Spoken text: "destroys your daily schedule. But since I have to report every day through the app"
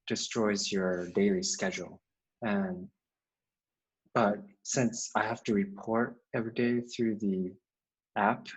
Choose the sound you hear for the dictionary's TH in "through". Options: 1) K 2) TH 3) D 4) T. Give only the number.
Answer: 2